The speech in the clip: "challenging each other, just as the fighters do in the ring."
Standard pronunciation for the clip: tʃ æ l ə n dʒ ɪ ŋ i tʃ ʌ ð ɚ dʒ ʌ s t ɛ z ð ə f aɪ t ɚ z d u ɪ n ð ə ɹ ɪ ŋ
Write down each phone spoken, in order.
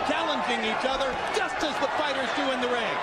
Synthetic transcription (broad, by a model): tʃ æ l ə n dʒ ɪ ŋ i tʃ ʌ ð ɚ dʒ ʌ s t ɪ z ð ə f aɪ t ɚ z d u ɪ n ð ə ɹ ɪ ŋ